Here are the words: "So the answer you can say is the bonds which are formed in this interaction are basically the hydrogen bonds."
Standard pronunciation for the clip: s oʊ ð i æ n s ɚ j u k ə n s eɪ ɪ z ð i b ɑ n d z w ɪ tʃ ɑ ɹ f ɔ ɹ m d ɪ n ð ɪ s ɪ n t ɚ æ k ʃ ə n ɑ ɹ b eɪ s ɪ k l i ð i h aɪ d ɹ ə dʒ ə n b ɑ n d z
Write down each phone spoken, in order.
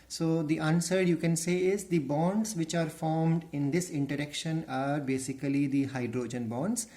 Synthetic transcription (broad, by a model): s oʊ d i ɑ n s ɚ j u k ə n s eɪ ɪ z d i b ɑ n d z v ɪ tʃ ɑ ɹ f ɔ ɹ m d ɪ n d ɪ s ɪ n t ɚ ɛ k ʃ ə n ɑ ɹ b eɪ s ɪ k l i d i h aɪ d ɹ ə dʒ ə n b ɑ n d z